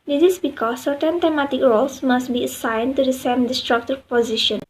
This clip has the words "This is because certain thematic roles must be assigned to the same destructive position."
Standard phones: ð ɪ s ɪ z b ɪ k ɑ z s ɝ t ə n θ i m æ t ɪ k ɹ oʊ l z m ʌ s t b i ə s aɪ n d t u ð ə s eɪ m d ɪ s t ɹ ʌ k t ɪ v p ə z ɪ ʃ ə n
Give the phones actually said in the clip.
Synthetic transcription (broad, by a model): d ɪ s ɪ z b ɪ k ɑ s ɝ t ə n t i m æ t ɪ k ɹ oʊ l s m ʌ s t b i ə s aɪ n t u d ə s eɪ m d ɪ s t ɹ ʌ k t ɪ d p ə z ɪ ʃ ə n